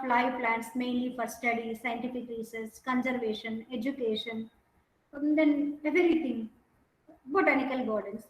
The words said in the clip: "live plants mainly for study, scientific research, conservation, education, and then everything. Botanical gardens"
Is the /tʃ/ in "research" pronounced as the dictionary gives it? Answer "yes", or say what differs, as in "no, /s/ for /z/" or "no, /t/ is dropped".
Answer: no, /s/ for /tʃ/